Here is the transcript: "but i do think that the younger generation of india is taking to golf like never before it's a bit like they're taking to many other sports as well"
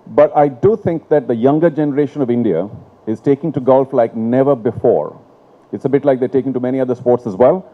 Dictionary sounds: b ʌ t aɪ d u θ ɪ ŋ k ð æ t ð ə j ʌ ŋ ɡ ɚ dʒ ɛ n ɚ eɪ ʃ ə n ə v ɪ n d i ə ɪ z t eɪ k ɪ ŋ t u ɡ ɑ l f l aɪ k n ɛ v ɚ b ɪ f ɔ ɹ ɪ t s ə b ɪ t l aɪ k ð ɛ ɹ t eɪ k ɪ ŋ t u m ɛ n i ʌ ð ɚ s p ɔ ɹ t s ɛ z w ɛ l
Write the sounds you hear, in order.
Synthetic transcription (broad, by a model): b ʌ t aɪ d u t ɪ ŋ k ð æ t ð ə j ʌ ŋ ɡ ɚ dʒ ɛ n ɚ eɪ ʃ ə n ə v ɪ n d i ə ɪ z t eɪ k ɪ ŋ t u ɡ ɑ l f l aɪ k n ɛ v ɚ b ɪ f ɔ ɹ ɪ t s ə b ɪ t l aɪ k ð ɛ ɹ t eɪ k ɪ ŋ t u m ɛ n i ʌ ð ɚ s p ɔ ɹ t s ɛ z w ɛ l